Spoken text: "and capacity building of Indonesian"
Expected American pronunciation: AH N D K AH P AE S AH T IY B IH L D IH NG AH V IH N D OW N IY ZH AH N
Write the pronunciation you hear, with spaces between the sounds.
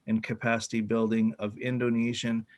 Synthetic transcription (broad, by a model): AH N K AH P AE S AH T IY B IH L D IH NG AH V IH N D OW N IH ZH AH N